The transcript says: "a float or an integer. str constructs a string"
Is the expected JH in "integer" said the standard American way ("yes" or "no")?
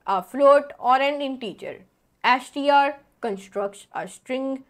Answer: no